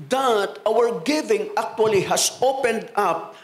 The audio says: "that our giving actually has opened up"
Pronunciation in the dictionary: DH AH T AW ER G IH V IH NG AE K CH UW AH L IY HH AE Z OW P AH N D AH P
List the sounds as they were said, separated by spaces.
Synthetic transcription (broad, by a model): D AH T AW ER G IH V IH NG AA K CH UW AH L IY HH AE S OW P AH N D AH P